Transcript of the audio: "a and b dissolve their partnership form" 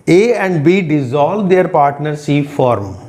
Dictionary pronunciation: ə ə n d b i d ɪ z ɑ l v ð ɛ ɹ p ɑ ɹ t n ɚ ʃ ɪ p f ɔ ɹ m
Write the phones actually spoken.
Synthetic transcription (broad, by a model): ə ə n d b i d ɪ z ɑ l v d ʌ ɹ p ɑ ɹ t n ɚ s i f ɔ ɹ m